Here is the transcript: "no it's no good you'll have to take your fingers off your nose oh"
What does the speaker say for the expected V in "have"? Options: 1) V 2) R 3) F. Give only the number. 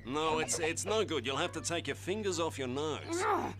3